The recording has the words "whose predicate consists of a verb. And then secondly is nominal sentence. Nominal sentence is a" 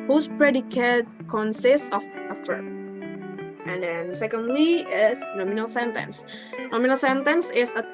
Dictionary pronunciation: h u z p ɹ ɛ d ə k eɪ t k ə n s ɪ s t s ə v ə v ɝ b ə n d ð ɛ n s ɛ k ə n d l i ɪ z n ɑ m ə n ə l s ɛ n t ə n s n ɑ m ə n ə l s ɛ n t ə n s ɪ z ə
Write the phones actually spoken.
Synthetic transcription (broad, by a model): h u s p ɹ ɛ d ə k eɪ t k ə n s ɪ s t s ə f ə p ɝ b ə n d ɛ n s ɛ k ə n d l i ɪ s n ɑ m ə n ə l s ɛ n t ə n s n ɑ m ə n ə l s ɛ n t ə n s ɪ s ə